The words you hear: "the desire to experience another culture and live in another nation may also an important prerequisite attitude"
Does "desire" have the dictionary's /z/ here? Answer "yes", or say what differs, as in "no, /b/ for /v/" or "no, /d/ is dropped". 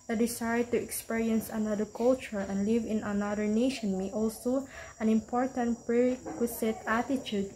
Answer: no, /s/ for /z/